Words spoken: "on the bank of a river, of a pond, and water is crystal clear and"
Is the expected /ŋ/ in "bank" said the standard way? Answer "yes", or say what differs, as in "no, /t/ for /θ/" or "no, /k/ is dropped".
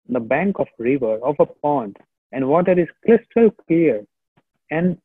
yes